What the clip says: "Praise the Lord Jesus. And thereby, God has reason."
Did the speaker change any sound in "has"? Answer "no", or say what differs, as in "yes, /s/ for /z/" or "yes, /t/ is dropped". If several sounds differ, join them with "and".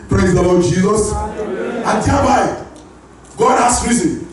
yes, /s/ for /z/